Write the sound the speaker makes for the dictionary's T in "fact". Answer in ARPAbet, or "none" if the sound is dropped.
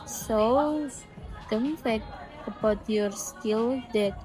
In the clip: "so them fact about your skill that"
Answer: none